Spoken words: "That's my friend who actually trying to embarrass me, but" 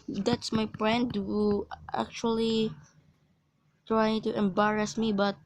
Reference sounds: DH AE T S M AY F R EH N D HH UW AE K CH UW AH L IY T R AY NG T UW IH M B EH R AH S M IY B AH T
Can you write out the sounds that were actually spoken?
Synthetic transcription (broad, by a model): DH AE T S M AY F R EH N D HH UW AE K CH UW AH L IY T R AY NG T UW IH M B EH R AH S M IY B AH T